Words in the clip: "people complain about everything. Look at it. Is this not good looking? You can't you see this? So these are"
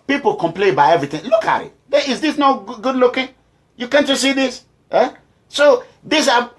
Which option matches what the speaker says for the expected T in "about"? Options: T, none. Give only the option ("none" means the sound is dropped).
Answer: none